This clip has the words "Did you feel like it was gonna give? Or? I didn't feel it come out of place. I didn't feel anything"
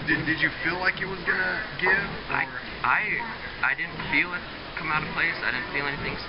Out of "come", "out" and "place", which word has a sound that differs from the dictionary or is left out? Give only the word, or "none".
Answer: none